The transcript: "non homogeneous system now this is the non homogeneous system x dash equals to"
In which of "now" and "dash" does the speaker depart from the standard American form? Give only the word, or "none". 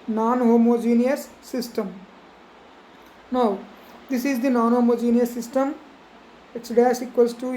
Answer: dash